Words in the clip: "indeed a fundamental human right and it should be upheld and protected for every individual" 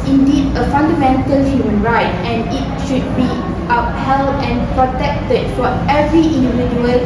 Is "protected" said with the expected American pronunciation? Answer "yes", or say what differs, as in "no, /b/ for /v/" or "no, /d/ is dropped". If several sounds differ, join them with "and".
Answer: yes